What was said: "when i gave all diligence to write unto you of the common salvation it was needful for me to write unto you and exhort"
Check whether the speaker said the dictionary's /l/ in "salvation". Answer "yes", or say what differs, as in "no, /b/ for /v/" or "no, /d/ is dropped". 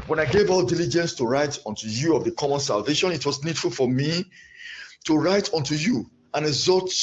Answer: yes